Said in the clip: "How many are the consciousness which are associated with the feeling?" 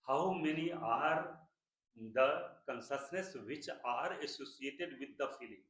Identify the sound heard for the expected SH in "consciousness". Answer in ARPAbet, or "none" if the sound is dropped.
S